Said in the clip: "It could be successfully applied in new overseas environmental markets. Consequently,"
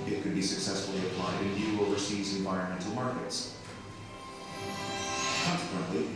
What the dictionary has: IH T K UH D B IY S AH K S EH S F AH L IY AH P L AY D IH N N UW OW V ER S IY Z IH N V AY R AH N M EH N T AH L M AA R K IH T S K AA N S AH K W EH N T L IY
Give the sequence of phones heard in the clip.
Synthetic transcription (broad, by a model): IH T K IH D B IY S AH K S EH S F L IY AH P L AY D IH N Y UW OW V ER S IY Z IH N V AY R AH N M EH N T L M AA R K IH T S K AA N S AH K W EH N T L IY